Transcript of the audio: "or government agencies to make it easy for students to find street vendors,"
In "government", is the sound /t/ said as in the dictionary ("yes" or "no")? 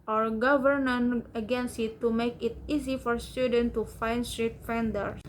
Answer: no